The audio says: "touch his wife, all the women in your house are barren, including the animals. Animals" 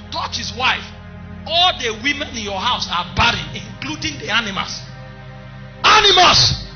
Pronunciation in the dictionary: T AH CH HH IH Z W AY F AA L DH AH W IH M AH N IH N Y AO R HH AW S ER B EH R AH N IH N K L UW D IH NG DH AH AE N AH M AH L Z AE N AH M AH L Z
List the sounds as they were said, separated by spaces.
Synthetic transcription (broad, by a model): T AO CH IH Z W AY AA L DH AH W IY M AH N IH N Y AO HH AW S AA B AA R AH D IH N K L UW D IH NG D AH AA N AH M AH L S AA N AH M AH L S